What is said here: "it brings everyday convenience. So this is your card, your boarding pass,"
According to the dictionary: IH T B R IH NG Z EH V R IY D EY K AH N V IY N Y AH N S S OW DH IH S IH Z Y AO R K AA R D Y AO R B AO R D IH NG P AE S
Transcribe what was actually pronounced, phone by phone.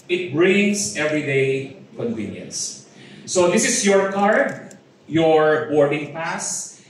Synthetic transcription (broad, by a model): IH T B R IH NG S EH V R IY D EY K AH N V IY N Y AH N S S OW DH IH S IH S Y AO R K AA R D Y AO R B AO R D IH NG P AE S